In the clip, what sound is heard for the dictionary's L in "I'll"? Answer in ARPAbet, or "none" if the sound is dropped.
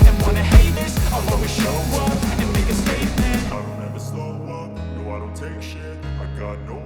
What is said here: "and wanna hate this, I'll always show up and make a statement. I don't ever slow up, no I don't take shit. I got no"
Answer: W